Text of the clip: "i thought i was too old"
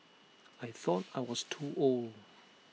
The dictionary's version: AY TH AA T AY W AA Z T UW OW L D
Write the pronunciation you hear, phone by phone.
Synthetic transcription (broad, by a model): AY TH AA T AY W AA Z T UW OW L D